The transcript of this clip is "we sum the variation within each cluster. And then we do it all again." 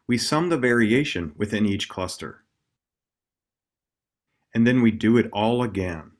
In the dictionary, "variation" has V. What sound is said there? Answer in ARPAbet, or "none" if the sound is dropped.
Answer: V